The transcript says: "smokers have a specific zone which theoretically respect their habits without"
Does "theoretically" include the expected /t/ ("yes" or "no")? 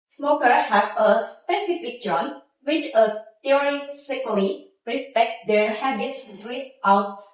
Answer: no